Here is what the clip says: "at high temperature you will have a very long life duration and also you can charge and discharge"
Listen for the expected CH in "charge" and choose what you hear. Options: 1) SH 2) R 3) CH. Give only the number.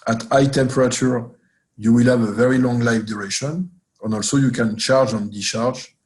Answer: 3